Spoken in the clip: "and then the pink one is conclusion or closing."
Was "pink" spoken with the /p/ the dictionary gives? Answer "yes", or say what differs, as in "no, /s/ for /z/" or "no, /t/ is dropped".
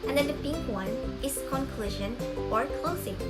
no, /b/ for /p/